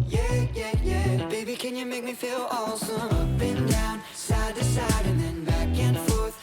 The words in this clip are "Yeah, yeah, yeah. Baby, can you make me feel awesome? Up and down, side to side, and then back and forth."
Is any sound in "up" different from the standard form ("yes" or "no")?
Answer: yes